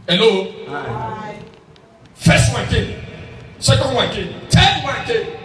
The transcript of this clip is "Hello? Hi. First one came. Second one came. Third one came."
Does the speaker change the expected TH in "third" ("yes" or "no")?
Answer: yes